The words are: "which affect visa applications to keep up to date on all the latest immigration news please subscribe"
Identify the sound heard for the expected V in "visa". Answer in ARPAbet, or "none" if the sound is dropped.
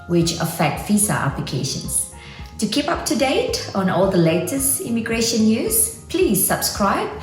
F